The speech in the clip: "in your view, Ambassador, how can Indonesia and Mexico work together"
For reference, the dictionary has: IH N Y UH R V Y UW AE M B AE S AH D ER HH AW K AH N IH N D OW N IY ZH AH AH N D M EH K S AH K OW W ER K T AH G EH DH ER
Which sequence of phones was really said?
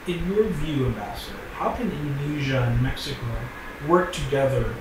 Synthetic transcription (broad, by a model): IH N Y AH R V Y UW AE M B AE S AH D ER HH AW K AH N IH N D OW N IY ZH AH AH N M EH K S AH K OW W ER K T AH G EH DH ER